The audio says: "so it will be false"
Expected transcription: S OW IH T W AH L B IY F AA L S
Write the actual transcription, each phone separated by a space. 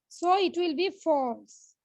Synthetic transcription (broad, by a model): S OW IH T W AH L B IY F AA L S